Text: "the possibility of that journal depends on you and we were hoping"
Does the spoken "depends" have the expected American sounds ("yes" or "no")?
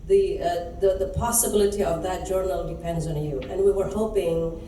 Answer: yes